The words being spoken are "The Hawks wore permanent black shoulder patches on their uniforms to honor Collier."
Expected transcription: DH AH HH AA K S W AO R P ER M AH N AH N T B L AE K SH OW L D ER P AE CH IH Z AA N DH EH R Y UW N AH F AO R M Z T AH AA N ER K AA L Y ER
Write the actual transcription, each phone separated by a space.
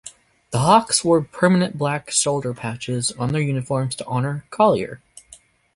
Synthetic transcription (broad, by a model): DH AH HH AA K S W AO R P ER M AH N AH N B L AE K S OW L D ER P AE CH IH Z N DH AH R Y UW N AH F AO R M Z T AH AA N ER K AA L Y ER